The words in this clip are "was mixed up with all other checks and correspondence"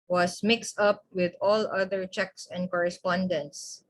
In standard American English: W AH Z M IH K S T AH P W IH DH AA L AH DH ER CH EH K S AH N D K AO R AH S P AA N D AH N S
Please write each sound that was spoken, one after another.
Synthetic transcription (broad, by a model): W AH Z M IH K S T AH P W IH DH AA L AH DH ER CH EH K S AH N D K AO R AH S P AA N D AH N S